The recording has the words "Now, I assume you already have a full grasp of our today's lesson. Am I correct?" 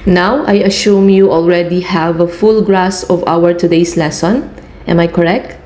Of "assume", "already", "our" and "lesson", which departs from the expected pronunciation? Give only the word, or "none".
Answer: assume